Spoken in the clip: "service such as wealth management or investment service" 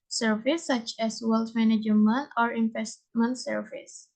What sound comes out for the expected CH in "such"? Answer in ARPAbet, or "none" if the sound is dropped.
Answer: CH